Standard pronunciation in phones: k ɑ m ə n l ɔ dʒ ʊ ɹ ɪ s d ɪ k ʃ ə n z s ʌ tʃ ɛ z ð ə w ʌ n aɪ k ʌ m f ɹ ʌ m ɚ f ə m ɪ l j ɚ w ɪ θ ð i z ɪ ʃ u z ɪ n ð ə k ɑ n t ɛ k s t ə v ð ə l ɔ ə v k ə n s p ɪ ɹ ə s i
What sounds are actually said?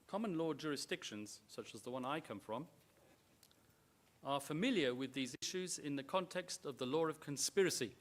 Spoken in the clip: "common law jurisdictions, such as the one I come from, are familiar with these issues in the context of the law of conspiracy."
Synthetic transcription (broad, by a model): k ɑ m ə n l ɔ dʒ ʊ ɹ ɪ s d ɪ k ʃ ə n z s ʌ tʃ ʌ z ð ə w ʌ n aɪ k ʌ m f ɹ ʌ m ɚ f ə m ɪ l j ɚ w ɪ ð i z ɪ ʃ u z ɪ n ð ə k ɑ n t ɛ k s t ə v ð ə l ɔ ə v k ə n s p ɪ ɹ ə s i